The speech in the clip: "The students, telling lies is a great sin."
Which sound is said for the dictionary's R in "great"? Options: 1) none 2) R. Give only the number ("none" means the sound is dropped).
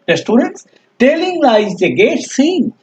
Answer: 1